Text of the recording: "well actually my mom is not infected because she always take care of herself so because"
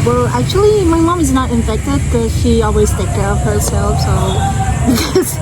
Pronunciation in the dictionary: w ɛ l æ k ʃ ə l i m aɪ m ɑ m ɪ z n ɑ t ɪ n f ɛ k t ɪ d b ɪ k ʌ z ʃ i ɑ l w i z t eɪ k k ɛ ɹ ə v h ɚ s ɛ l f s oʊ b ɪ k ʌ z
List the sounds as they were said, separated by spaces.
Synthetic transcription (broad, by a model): w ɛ l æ k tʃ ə l i m aɪ m ɑ m ɪ z n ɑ t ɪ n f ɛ k t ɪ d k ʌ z ʃ i ɑ l w i z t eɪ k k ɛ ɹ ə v h ɚ s ɛ l f s oʊ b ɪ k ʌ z